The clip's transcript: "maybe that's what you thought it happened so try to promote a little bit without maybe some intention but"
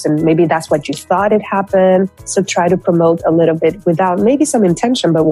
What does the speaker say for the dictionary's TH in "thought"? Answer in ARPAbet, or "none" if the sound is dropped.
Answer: TH